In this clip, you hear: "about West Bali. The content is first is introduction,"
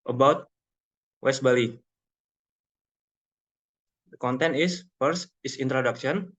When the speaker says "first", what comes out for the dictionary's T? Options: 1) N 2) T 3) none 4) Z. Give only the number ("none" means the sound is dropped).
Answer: 3